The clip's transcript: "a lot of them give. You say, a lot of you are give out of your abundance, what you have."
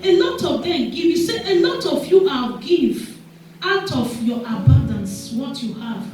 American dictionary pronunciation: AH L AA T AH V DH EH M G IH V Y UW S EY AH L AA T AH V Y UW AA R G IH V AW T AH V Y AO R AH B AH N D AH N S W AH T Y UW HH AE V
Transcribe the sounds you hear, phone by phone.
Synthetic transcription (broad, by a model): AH L AA T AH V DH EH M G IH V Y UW S EY AH L AA T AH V Y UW AA L G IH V AW T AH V Y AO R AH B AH N D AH N S W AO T Y UW HH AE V